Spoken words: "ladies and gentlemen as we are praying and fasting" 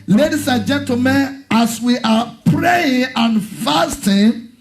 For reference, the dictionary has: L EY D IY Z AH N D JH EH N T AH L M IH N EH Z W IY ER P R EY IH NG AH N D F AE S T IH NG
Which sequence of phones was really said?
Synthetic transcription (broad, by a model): L EY D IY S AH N JH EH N T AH M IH N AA S W IY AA P R EY IH NG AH N F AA S T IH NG